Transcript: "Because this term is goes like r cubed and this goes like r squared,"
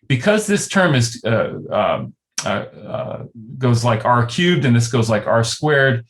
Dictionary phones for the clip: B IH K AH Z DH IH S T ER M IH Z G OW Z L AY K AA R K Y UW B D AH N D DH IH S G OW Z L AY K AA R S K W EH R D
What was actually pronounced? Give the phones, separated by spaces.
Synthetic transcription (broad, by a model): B IH K AH Z DH IH S T ER M IH Z G OW Z L AY K AA R K Y UW B D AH N DH IH S G OW Z L AY K AA R S K W EH R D